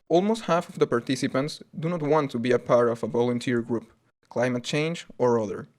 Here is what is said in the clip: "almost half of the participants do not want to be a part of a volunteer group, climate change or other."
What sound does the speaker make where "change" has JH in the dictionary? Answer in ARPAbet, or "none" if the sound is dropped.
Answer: JH